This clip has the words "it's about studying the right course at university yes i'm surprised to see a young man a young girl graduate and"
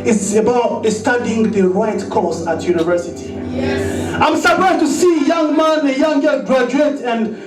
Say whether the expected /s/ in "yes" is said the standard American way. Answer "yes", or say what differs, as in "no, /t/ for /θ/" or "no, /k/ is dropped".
no, /s/ is dropped